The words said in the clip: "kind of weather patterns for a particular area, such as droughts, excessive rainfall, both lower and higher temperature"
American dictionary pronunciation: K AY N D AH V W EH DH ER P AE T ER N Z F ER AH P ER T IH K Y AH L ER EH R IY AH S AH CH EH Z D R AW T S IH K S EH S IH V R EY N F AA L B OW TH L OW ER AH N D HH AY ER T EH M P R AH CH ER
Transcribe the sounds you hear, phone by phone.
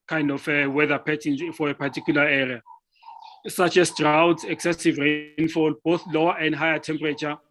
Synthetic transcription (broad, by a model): K AY N D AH F W EH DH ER P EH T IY N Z F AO AH P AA T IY K Y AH L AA EH R IY AH S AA CH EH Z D R AW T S IH K S EH S IH V R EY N F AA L B OW TH L OW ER AH N D HH AY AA T EH M P R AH CH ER